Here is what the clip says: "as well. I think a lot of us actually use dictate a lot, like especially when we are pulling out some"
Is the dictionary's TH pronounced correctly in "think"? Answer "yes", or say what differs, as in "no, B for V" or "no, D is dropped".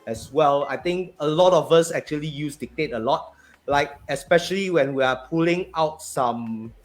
no, T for TH